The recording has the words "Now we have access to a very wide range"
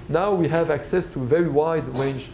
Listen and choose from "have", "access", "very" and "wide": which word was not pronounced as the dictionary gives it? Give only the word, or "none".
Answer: none